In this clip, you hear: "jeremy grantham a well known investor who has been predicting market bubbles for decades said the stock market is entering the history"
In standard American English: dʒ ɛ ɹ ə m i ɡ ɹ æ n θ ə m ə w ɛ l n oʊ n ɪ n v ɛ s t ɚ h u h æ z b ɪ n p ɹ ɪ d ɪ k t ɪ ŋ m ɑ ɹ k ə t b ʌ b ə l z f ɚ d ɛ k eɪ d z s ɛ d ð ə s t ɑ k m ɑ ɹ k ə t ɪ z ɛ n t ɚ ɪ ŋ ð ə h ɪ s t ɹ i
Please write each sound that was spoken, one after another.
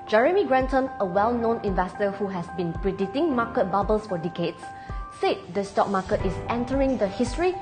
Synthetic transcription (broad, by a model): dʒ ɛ ɹ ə m i ɡ ɹ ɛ n t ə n ə w ɛ l n oʊ n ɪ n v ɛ s t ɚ h u h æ s b ɪ n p ɹ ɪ d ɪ t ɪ ŋ m ɑ k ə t b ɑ b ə l s f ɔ d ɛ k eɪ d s s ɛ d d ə s t ɑ k m ɑ k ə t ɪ s ɛ n t ɚ ɪ ŋ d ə h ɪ s t ɹ i